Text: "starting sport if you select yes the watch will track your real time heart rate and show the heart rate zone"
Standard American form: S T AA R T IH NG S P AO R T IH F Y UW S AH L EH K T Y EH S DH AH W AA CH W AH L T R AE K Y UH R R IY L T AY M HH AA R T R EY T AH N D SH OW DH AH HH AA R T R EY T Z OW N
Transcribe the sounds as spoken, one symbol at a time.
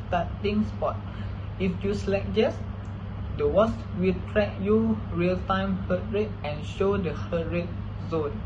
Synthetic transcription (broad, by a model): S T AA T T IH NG S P AO T IH F Y UW S L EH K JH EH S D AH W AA S W AH L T R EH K Y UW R R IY L T AY M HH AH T R EY T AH N SH OW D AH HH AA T R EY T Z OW N